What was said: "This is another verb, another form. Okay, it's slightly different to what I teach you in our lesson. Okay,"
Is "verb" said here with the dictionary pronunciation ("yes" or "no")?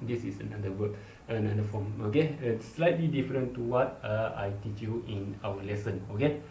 no